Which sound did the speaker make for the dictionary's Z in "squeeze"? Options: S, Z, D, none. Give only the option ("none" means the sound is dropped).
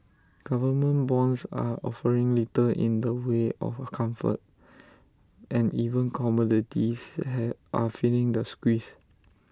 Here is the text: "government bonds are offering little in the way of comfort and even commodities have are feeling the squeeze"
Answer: S